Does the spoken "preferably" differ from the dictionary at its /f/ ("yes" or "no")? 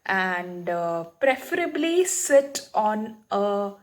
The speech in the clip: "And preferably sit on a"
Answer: no